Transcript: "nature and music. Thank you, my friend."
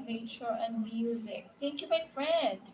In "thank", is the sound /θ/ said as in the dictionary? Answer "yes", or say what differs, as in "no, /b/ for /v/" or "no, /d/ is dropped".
no, /t/ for /θ/